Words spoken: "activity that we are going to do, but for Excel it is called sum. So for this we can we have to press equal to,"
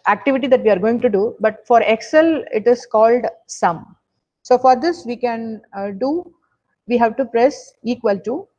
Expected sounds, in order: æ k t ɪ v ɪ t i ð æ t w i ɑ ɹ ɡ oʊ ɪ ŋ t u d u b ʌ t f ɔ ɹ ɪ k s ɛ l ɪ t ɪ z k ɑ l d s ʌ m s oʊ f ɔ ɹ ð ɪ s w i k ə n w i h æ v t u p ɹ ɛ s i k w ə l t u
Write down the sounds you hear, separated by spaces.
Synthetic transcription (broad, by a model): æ k t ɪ v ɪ t i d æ t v i ɑ ɹ ɡ oʊ ɪ ŋ t u d u b ʌ t f ɔ ɹ ɪ k s ɛ l ɪ t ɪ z k ɑ l d s ʌ m s oʊ f ɔ ɹ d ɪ s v i k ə n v i h æ v t u p ɹ ɛ s i k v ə l t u